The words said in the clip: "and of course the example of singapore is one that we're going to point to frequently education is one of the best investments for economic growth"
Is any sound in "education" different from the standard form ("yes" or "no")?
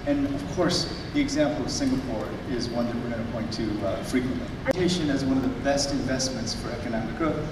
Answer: yes